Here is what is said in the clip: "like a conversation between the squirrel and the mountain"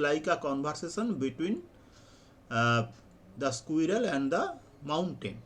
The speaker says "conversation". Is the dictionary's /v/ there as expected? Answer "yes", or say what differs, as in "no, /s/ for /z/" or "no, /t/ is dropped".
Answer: no, /b/ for /v/